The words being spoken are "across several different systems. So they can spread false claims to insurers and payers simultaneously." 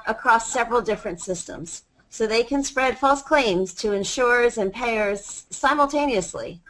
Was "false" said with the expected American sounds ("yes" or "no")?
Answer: yes